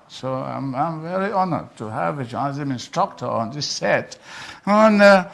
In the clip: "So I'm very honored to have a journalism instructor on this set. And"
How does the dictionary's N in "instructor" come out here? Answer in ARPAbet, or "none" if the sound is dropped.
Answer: N